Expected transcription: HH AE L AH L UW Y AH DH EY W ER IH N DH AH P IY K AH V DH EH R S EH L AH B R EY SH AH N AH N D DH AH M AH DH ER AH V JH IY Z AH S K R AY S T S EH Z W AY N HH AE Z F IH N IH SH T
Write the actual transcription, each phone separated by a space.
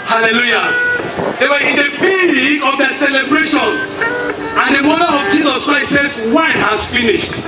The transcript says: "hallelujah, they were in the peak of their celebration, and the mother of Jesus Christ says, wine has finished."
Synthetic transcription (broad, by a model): HH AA L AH L UW Y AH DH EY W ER IH N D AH B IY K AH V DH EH S EH L AH B R EY SH AH N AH N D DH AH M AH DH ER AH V JH IY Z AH S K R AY T S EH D W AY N HH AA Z F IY N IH SH T